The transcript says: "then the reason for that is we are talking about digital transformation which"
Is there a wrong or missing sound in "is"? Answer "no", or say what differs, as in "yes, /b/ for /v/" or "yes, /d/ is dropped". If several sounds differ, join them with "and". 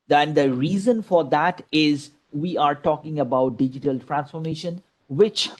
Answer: no